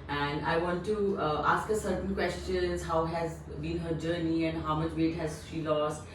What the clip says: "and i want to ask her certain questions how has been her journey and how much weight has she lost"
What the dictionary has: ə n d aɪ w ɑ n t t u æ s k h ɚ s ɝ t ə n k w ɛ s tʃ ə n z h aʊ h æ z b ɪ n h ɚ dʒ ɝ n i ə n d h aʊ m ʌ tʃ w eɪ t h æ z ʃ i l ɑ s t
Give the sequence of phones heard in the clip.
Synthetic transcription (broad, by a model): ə n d aɪ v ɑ n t t u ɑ s k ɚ s ɝ t ə n k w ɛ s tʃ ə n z h aʊ h æ z b ɪ n h ɚ dʒ ɝ n i ə n d h aʊ m ʌ tʃ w eɪ t h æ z ʃ i l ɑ s t